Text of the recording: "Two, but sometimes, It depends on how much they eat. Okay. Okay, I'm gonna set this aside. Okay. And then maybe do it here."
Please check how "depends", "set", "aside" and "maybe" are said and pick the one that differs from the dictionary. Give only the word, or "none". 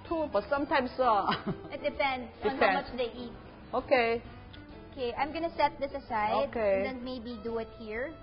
depends